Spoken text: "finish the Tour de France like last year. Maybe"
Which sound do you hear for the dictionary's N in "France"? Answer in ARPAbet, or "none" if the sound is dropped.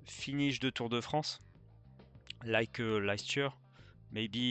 none